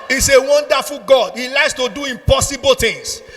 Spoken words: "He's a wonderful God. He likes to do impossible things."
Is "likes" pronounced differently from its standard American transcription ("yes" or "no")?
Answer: no